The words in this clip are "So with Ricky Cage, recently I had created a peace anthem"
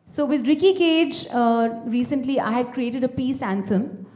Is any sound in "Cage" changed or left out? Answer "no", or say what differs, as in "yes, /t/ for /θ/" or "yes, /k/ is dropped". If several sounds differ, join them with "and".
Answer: no